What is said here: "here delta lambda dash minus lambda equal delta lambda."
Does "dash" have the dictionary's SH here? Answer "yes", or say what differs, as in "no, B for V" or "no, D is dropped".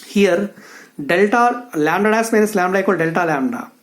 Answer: no, S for SH